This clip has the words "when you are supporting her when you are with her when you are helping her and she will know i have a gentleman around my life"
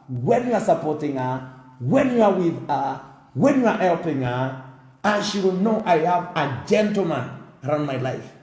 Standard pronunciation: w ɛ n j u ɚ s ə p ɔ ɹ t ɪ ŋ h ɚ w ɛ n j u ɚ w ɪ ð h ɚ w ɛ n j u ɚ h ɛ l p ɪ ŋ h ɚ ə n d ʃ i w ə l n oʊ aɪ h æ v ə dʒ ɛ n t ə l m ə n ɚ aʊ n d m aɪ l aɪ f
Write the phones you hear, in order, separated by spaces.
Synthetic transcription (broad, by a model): w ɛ n j u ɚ s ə p ɔ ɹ t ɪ ŋ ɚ w ɛ n j u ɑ w ɪ ð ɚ w ɛ n j u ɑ h ɛ l p ɪ ŋ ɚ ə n ʃ i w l n oʊ aɪ h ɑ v ə dʒ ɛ n t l m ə n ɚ aʊ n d m aɪ l aɪ f